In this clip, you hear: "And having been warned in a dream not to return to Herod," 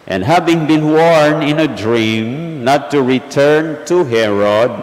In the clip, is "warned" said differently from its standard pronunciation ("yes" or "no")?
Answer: yes